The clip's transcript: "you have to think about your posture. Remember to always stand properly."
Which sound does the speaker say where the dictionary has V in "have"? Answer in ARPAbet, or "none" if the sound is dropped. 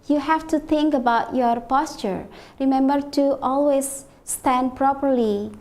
F